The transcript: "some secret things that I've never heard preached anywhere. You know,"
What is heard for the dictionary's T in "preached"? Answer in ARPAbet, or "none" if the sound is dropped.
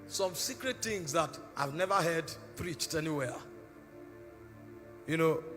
T